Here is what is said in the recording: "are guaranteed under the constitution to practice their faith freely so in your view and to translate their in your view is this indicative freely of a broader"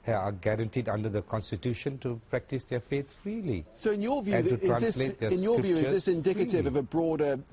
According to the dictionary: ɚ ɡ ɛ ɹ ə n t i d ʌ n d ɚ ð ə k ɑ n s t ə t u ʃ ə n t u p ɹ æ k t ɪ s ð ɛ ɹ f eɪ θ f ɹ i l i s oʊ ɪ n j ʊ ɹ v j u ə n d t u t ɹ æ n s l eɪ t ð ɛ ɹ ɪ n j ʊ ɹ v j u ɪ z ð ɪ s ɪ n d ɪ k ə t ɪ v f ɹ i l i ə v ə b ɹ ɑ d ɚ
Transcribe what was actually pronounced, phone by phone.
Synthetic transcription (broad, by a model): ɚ ɡ ɛ ɹ ə n t i d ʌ n d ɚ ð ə k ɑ n s t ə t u ʃ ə n t u p ɹ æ k t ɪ s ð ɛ f eɪ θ f ɹ i l i s oʊ ɪ n j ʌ v j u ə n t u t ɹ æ s l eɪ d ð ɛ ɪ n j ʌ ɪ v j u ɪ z ð ɪ s ɪ n d ɪ k ə t ɪ v ə v ə b ɹ ɑ d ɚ